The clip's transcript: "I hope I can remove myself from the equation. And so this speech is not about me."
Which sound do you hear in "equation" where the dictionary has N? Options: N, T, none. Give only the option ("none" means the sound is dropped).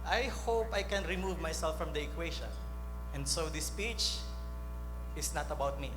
none